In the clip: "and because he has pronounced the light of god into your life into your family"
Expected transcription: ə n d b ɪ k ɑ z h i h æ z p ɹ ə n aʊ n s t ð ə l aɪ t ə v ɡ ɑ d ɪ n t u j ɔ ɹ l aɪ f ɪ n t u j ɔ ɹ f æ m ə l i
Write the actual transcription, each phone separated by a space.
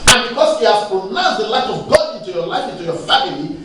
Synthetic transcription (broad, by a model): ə n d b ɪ k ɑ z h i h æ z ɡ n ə ɪ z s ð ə l aɪ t ə v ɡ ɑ ɪ n t u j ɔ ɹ l aɪ f ɪ n t u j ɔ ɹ f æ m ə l i